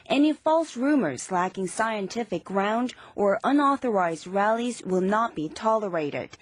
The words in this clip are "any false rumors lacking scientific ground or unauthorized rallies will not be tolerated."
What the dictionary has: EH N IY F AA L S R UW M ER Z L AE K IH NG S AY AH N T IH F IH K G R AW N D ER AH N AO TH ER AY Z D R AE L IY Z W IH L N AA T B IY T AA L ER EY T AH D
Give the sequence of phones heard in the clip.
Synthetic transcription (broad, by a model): EH N IY F AA L S R UW M ER Z L AE K IH NG S AY AH N T IH F IH K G R AW N D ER AH N AO TH ER AY Z D R AE L IY Z W IH L N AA T B IY T AA L ER EY T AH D